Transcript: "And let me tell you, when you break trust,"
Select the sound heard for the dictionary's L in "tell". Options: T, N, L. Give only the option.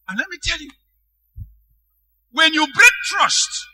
L